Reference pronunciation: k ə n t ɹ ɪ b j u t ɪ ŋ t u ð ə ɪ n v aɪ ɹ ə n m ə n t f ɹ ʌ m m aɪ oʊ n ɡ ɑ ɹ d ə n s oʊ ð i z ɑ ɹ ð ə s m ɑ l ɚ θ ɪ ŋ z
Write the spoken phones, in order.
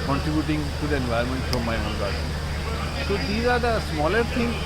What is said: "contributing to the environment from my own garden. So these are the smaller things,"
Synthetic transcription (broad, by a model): k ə n t ɹ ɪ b j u t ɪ ŋ t u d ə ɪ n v aɪ ə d m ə n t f ɹ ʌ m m aɪ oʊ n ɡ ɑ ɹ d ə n s oʊ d i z ɑ ɹ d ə s m ɑ l ɚ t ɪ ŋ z